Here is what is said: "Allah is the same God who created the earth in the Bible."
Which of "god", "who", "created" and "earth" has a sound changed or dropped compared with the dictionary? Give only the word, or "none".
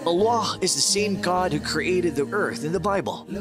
none